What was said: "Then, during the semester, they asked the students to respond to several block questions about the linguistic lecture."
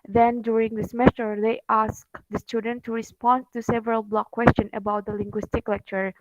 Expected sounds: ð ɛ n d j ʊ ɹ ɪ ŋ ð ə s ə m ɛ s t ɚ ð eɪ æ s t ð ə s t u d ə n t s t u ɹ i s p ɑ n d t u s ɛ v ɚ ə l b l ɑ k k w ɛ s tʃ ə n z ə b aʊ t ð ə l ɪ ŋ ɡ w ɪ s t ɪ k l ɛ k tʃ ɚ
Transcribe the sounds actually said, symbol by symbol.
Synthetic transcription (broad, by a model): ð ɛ n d j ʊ ɹ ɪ ŋ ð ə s m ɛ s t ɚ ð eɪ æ s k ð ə s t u d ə n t t u ɹ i s p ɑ n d t u s ɛ v ɚ ə l b l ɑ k k w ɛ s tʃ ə n ə b aʊ t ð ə l ɪ ŋ ɡ w ɪ s t ɪ k l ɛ k tʃ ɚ